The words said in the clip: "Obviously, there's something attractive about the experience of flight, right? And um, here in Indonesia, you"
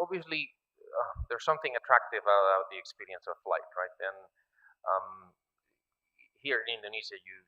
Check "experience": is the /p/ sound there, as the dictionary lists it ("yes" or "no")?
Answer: yes